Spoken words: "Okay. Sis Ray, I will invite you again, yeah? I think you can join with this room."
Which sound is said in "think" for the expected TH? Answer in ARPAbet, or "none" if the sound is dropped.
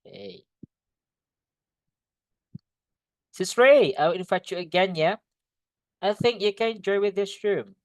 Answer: TH